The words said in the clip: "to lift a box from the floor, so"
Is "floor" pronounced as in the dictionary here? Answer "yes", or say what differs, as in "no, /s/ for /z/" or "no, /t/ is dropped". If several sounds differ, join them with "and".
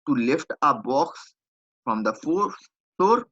no, /l/ is dropped